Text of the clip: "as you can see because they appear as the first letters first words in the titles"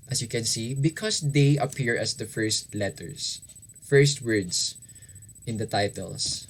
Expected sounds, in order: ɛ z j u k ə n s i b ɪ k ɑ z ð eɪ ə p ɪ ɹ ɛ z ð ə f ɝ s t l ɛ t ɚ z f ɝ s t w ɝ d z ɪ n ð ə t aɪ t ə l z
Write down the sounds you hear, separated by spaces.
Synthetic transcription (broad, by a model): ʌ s j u k ə n s i b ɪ k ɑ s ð eɪ ə p ɪ ɹ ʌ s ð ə f ɝ s t l ɛ t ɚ s f ɝ s t w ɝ d s ɪ n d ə t aɪ t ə l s